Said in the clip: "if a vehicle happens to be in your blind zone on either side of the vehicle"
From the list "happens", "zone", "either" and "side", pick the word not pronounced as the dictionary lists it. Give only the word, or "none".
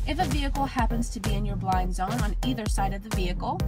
none